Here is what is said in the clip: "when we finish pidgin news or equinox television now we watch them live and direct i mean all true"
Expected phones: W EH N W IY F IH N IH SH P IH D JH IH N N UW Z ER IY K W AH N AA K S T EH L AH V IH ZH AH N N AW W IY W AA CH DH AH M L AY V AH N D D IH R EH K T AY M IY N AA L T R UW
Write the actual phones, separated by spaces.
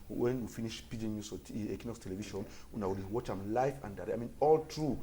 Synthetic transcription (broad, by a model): W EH N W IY F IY N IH SH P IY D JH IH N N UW S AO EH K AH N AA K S T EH L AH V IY SH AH N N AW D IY W AA CH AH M L AY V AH N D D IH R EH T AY M IY N AA L T R UW